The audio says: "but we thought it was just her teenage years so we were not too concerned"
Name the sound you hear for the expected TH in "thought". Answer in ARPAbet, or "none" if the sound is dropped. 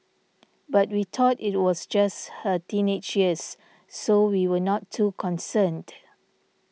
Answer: T